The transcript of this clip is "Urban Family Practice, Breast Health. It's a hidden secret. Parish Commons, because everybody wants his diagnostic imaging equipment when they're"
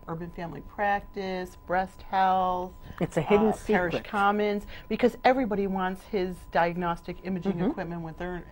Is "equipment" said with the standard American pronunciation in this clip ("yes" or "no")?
yes